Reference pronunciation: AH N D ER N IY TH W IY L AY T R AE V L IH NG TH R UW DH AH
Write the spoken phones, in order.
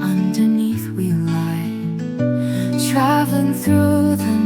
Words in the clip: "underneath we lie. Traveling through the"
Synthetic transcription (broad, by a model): AH N D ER N IY TH W IY L AY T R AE V L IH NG TH R UW DH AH